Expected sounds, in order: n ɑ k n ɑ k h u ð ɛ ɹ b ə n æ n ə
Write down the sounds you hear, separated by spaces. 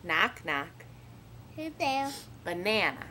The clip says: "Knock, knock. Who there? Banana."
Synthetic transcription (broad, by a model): n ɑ k n ɑ k h u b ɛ l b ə n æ n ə